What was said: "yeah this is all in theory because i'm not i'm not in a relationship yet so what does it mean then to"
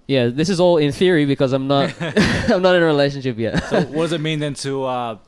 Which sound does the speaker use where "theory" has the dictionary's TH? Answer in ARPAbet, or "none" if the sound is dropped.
TH